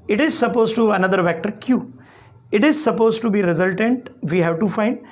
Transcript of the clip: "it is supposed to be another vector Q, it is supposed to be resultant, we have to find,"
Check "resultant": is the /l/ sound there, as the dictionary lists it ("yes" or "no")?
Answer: yes